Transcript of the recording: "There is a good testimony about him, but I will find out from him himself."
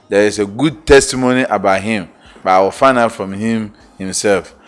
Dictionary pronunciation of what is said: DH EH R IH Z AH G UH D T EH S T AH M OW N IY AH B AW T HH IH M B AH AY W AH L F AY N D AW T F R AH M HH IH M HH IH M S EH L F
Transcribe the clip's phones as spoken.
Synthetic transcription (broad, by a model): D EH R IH S AH G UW D T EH S T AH M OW N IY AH B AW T HH IH M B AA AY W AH F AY N AW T F R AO M HH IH M HH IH M S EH L F